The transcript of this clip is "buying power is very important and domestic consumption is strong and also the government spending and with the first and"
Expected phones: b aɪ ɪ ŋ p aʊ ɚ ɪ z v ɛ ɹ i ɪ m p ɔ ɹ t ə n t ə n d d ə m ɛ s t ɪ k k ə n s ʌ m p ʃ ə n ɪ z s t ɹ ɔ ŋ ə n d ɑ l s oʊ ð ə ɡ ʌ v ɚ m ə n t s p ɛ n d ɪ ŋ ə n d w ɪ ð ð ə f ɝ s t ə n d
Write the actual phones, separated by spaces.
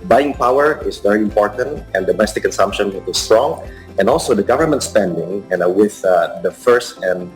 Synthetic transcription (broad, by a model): b aɪ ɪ ŋ p aʊ ɚ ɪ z v ɛ ɹ i ɪ m p ɔ ɹ t ə n t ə n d d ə m ɛ s t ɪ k k ə n s ʌ m p ʃ ə n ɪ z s t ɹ ɔ ŋ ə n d ɑ l s oʊ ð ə ɡ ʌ v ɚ m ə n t s p ɛ n d ɪ ŋ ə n w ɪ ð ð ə f ɝ s t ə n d